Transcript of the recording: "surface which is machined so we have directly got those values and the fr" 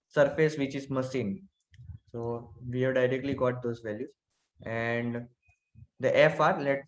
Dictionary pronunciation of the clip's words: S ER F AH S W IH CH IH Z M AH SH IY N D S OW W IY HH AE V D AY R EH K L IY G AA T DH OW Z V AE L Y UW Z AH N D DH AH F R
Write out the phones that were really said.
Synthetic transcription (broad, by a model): S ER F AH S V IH CH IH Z M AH S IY N S OW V IY HH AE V D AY R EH K L IY G AA T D OW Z V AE L Y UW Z AH N D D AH F R